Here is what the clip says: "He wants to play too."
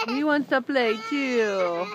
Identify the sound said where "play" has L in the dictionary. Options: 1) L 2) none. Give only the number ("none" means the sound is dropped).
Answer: 1